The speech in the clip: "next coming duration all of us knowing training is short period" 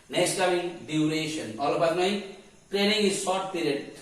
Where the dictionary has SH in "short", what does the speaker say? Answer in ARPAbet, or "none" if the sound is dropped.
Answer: S